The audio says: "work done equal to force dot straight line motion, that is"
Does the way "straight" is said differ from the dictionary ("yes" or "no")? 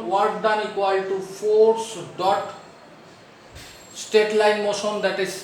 yes